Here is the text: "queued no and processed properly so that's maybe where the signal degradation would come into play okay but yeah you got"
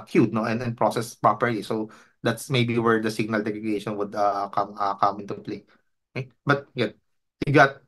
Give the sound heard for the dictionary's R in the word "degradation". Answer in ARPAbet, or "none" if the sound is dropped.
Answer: none